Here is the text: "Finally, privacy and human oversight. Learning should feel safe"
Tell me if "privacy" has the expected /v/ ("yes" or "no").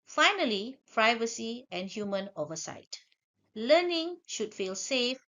yes